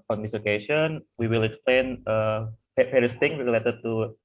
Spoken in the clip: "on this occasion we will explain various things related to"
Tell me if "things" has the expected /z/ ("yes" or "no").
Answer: no